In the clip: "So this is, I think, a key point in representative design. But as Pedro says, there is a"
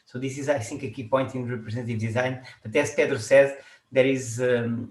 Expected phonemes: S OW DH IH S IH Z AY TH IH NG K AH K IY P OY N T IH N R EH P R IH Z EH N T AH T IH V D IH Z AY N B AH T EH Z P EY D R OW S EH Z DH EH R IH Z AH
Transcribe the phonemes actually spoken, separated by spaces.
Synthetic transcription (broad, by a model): S OW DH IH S IH Z AY S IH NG K AH K IY P OY N T IH N R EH P R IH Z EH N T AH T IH V D IH Z AY N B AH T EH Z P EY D R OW S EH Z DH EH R IH Z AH